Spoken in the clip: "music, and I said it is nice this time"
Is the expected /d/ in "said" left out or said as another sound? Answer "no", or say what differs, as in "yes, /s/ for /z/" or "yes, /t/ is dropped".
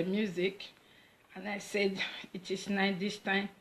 no